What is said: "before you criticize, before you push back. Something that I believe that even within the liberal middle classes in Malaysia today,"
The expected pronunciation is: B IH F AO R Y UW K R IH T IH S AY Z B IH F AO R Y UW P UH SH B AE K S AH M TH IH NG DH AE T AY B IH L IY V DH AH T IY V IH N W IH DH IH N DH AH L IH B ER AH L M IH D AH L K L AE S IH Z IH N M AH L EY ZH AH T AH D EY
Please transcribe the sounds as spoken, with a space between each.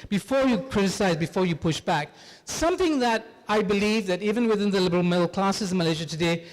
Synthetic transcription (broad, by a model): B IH F AO R Y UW K R IH T IH S AY Z B IH F AO R Y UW P UH SH B AE K S AH M TH IH NG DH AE T AY B IH L IY V DH AH T IY V IH N W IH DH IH N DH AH L IH B ER AH L M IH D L K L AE S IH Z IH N M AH L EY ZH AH T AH D EY